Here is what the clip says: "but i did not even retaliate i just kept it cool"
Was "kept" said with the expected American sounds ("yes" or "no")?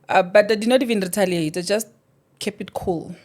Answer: no